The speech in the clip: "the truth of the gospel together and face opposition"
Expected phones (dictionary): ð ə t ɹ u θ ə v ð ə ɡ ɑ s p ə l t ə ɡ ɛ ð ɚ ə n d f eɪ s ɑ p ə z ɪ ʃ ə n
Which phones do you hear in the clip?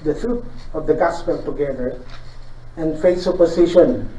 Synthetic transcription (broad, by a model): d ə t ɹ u t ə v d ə ɡ ɑ s p ə l t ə ɡ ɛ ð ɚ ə n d f eɪ s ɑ p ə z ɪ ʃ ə n